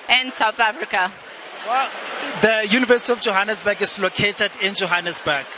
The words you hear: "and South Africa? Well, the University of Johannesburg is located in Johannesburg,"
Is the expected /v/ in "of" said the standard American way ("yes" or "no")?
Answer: no